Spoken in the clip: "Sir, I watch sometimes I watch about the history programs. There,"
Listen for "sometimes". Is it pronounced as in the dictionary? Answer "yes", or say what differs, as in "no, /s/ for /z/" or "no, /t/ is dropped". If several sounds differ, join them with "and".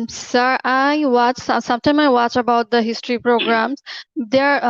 no, /z/ is dropped